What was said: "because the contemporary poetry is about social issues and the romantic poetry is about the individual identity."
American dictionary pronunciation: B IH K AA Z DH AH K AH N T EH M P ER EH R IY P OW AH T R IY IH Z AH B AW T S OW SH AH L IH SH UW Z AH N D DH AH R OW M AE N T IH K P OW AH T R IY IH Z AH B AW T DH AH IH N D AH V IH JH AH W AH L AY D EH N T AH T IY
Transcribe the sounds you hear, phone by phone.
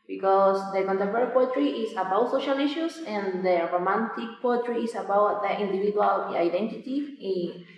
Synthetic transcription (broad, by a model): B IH K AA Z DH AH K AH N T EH P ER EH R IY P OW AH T R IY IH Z AH B AW T S OW SH AH L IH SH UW S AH N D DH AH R OW M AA N T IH K P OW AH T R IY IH S AH B AW T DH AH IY N D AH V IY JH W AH L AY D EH N T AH T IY